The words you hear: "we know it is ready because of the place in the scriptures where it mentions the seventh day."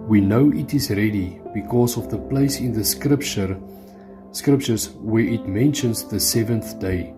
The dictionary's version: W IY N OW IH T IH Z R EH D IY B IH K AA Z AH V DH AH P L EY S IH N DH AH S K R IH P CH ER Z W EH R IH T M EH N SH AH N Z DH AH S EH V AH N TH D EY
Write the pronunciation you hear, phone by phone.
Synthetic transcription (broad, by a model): W IY N OW IH T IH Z R EH D IY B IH K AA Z AH V DH AH P L EY S IH N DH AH S K R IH P CH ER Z W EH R IH T M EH N SH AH N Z DH AH S EH V AH N TH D EY